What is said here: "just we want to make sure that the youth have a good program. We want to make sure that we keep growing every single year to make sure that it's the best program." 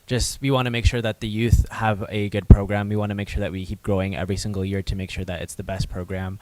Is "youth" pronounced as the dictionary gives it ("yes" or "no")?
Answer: yes